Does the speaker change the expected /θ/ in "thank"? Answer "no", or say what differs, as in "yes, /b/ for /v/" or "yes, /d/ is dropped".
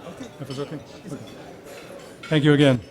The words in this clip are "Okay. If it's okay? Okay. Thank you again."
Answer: no